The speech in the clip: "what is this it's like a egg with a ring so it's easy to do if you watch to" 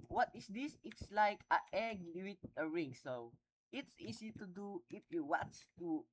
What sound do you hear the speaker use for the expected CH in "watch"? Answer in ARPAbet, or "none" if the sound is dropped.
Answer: S